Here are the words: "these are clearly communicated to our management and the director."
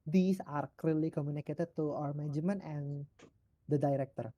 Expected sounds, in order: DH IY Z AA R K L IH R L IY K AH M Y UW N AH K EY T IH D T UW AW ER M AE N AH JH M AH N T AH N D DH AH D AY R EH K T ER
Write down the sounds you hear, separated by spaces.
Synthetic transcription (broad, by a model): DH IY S AA R K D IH L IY K AH M Y UW N AH K EY T IH D T UW AW ER M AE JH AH M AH N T AH N D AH D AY R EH K T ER